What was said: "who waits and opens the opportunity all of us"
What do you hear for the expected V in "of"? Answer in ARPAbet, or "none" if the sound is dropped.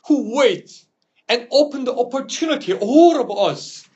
B